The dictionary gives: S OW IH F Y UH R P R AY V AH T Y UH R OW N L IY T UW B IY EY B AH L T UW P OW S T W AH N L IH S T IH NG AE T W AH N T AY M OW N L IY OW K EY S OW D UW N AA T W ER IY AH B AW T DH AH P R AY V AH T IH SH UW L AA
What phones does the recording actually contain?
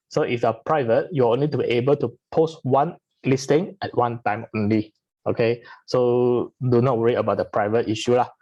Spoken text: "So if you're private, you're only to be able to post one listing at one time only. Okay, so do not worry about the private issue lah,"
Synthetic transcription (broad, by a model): S OW IH F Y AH P R AY V AH T Y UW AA OW N L IY T UW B IY EY B AH L T UW P OW S T W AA N L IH S T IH NG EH T W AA N T AY M OW N L IY OW K EY S OW D UW N AA T W ER IY AH B AW T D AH P R AY V AH T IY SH UW L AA